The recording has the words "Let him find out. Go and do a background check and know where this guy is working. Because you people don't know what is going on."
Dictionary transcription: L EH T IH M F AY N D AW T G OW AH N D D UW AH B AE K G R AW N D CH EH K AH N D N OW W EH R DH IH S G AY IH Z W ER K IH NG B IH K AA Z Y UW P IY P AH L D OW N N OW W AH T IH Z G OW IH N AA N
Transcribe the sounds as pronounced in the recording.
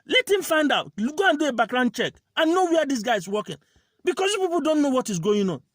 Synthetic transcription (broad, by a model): L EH T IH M F AY N D AW T G OW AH N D D UW AH B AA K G R AW N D CH EH K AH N N OW W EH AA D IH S G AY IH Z W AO K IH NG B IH K AA S Y UW P IY P AH L D OW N N OW W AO T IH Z G OW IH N AA N